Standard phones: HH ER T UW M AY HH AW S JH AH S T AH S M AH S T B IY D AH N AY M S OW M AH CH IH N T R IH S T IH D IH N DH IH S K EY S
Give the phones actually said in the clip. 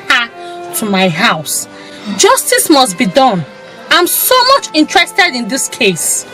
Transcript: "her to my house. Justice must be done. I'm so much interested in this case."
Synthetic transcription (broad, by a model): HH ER T UW M AY HH AW S JH AH S T AH S M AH S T B IY D AH N AY M S OW M AH CH IH N T R IH S T IH D IH N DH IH S K EY S